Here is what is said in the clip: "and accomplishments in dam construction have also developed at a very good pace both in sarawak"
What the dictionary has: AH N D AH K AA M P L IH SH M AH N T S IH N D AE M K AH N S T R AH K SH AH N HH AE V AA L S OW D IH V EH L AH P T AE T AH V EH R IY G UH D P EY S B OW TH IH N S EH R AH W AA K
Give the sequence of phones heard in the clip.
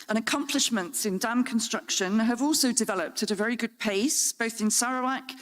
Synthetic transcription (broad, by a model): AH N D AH K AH M P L IH SH M AH N T S IH N D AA M K AH N S T R AH K SH AH N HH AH V AA L S OW D IH V EH L AH P T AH T AH V EH R IY G UH D P EY S B OW TH IH N S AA R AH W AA K